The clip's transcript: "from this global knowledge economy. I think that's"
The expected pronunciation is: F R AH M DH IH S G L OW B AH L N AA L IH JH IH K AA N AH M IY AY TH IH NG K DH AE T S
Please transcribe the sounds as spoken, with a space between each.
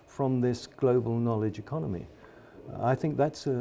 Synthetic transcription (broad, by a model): F R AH M DH IH S G L OW B AH L N AA L IH JH IH K AA N AH M IY AY TH IH NG K DH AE T S